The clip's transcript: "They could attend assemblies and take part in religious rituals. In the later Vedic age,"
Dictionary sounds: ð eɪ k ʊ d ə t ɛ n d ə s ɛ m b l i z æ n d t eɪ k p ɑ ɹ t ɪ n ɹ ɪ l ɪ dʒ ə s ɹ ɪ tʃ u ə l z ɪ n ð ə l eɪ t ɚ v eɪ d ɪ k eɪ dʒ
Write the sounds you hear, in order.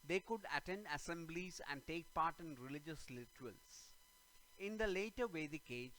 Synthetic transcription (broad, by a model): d eɪ k ʊ d ə t ɛ n d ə s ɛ m b l i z æ n d t eɪ k p ɑ ɹ t ɪ n ɹ ɪ l ɪ dʒ ə s l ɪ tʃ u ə l s ɪ n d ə l eɪ t ɚ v eɪ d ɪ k eɪ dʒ